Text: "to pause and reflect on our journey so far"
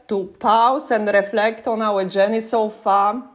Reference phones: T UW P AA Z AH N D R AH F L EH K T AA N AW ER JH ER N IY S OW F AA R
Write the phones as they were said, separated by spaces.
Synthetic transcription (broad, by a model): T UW P AA S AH N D R AH F L EH K T AA N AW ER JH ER N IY S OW F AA